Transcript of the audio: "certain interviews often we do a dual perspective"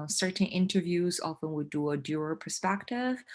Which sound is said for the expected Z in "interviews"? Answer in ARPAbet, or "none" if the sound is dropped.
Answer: Z